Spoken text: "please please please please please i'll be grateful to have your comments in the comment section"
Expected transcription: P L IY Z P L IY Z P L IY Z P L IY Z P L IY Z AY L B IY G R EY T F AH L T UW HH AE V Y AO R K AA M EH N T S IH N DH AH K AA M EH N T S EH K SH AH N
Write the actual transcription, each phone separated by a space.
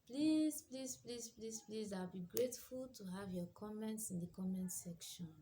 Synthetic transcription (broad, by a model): P L IY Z P L IY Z P L IY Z P L IY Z P L IY Z AY L B IY G R EY T F AH L T UW HH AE V Y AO K AA M EH N T S IH N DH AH K AA M EH N T S EH K SH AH N